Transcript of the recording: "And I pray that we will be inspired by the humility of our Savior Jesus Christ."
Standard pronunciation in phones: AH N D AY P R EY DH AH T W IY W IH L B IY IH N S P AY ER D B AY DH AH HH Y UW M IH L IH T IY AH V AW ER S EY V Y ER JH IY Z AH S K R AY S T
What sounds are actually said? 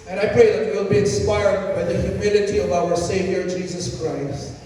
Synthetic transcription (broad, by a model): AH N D AY P R EY DH AH T W IY W IH L B IY IH N S P AY ER D B AY DH AH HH Y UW M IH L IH T IY AH V AW ER S EY V Y ER JH IY Z AH S K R AY S T